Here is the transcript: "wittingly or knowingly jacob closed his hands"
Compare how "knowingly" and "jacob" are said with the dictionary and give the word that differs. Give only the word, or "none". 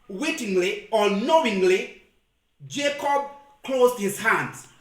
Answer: none